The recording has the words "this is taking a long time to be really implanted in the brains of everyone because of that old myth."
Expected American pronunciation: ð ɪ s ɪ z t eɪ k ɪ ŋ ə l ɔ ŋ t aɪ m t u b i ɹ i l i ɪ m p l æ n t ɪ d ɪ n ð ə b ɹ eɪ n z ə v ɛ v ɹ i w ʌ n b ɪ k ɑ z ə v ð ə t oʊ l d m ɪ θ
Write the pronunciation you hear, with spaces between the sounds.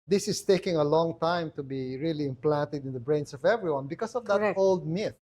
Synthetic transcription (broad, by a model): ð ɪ s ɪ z t eɪ k ɪ ŋ ə l ɔ ŋ t aɪ m t u b i ɹ i l i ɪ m p l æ n t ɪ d ɪ n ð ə b ɹ eɪ n s ə v ɛ v ɹ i w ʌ n b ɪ k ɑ s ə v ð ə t oʊ l d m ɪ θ